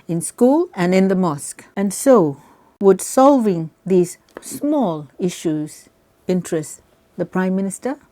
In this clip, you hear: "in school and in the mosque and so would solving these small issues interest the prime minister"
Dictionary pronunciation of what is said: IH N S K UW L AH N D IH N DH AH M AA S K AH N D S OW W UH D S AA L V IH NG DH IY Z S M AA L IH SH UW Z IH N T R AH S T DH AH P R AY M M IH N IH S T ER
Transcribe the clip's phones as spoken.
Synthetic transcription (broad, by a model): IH N S K UW L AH N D IH N DH AH M AA S K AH N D S OW W UH D S AA L V IH NG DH IY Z S M AA L IH SH UW Z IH N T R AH S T DH AH P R AY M M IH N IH S T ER